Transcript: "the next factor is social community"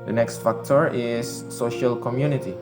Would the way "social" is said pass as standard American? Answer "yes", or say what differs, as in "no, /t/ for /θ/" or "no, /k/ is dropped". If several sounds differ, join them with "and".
yes